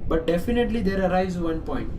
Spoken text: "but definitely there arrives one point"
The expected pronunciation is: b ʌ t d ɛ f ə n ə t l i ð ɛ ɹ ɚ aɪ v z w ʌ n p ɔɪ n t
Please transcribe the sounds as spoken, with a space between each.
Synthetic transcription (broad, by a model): b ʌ t d ɛ f ə n ə t l i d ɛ ɹ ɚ aɪ z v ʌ n p ɔɪ n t